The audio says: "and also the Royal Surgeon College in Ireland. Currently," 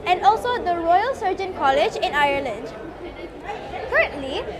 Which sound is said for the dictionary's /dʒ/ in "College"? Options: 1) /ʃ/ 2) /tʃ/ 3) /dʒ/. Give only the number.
3